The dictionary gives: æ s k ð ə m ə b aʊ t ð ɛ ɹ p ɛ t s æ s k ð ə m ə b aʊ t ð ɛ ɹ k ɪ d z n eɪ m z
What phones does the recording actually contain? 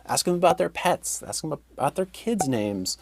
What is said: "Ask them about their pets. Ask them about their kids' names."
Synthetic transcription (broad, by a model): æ s k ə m ə b aʊ t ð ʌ ɹ p ɛ t s æ s k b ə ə t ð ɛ ɹ k ɪ d z n eɪ m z